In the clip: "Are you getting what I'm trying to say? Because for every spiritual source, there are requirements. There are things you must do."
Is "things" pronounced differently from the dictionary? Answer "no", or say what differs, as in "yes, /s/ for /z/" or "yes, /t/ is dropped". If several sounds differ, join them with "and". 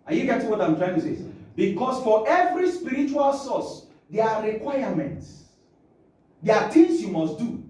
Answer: yes, /t/ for /θ/